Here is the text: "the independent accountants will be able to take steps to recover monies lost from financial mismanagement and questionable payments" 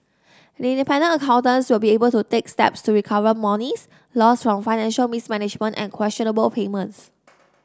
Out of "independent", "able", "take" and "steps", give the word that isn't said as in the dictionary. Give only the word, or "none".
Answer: independent